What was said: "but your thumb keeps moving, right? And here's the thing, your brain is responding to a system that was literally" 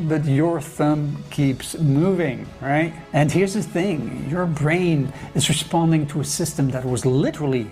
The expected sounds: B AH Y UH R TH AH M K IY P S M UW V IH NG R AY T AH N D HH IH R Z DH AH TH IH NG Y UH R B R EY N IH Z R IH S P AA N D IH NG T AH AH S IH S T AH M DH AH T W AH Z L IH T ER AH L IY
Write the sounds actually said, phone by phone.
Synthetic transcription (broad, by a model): B AH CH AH R TH AH M K IY P S M UW V IH NG R AY T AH N HH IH R Z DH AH TH IH NG Y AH R B R EY N IH Z R IH S P AA N D IH NG T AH AH S IH S T AH M DH AH T W AH Z L IH T ER L IY